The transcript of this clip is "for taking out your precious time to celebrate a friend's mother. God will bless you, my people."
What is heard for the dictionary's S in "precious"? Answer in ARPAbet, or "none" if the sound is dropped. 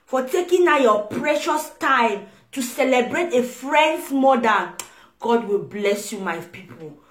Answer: S